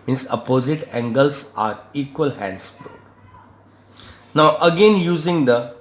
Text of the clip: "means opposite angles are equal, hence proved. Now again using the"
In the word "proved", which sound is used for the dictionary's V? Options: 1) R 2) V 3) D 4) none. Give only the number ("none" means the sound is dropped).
4